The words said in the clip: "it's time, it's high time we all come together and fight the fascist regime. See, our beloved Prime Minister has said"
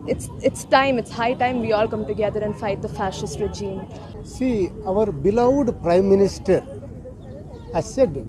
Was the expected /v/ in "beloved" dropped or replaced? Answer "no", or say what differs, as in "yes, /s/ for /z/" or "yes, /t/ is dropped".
yes, /v/ is dropped